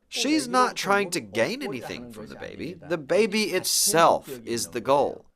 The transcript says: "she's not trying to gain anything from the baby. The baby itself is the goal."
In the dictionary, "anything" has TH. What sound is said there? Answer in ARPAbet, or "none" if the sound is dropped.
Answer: TH